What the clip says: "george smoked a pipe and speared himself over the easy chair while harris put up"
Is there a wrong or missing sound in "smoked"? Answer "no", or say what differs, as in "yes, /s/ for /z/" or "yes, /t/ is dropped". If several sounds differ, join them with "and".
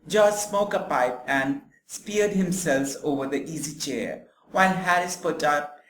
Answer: yes, /t/ is dropped